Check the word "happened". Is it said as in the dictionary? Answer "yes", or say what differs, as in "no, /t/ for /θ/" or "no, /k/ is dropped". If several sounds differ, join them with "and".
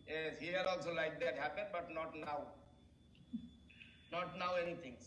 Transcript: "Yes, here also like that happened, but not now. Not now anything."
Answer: yes